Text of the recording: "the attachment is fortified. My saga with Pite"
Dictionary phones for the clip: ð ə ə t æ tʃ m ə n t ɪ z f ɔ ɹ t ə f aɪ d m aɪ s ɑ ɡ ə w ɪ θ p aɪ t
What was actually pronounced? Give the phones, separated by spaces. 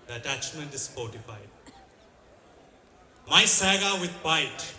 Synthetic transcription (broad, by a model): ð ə ə t æ tʃ m ə n t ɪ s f ɔ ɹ t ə f aɪ d m aɪ s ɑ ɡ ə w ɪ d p aɪ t